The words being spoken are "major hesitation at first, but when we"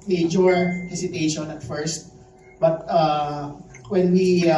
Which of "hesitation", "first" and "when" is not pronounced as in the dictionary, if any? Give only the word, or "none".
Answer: hesitation